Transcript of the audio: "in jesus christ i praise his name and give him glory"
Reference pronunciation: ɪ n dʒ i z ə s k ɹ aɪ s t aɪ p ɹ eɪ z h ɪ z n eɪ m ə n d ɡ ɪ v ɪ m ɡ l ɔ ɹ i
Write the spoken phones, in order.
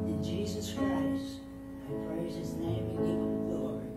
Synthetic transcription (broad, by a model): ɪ n dʒ i z ə s k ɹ aɪ s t aɪ p ɹ eɪ z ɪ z n eɪ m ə ɡ ɪ v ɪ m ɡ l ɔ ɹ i